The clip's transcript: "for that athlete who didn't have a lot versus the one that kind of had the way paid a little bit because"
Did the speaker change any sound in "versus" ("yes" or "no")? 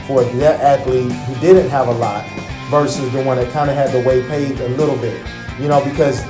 no